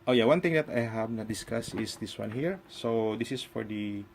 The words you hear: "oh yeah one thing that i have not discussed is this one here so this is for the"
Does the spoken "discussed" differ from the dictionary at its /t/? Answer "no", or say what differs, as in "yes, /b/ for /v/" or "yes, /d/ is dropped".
yes, /t/ is dropped